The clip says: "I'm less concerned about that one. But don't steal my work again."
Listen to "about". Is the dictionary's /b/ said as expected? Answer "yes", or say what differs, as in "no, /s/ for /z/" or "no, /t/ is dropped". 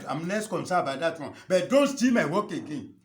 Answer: no, /b/ is dropped